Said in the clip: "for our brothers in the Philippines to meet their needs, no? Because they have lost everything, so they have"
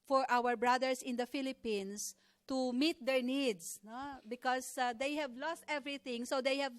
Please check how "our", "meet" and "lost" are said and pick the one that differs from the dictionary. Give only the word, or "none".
none